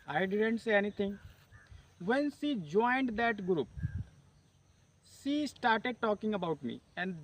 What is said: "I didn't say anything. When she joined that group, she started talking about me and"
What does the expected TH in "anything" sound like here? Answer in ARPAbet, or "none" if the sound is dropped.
T